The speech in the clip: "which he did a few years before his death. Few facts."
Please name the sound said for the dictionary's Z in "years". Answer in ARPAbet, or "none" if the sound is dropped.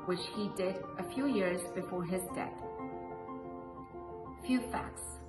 Z